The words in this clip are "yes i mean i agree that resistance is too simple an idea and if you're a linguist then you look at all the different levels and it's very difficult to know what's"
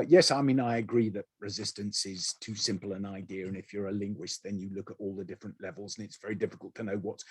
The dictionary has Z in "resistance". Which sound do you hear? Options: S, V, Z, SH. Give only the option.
Z